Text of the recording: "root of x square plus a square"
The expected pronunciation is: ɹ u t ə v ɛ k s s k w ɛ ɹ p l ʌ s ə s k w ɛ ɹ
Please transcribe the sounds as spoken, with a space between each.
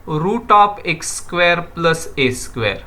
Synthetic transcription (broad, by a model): ɹ u t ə p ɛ k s s k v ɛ ɹ p l ʌ s ə s k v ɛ ɹ